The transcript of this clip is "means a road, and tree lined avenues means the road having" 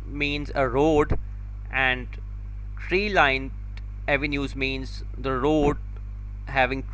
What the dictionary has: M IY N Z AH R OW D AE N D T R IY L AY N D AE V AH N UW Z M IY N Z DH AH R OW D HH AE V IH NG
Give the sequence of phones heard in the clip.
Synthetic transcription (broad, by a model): M IY N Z AH R OW D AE N D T R IY L AY N EH V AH N UW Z M IY N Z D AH R OW D HH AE V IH NG